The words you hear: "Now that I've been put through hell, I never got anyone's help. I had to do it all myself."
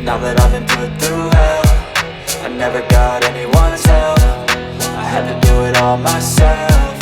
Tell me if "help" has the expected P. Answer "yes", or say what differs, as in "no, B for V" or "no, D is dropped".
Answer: no, F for P